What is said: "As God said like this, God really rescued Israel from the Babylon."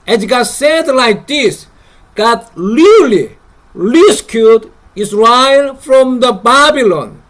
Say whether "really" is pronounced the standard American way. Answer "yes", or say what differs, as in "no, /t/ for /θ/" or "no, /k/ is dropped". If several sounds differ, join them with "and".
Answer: no, /l/ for /ɹ/